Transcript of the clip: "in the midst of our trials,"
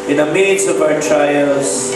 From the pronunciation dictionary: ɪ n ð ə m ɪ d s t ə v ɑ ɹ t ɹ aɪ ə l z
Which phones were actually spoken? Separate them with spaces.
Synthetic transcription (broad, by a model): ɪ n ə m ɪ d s ə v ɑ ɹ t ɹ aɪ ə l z